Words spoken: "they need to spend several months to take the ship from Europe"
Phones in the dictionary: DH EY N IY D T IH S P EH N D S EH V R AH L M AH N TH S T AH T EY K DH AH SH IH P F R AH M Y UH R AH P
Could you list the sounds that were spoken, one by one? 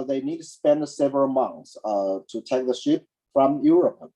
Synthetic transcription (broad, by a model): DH EY N IY D T IH S P EH N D S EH V AH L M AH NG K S T AH T EY K DH AH SH IH P F R AH M Y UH R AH P